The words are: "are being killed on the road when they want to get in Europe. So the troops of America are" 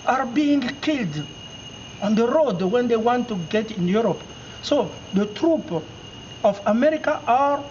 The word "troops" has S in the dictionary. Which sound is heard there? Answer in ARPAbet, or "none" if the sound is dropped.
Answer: none